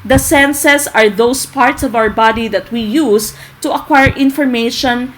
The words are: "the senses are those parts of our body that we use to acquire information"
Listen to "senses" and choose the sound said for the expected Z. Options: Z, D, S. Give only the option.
S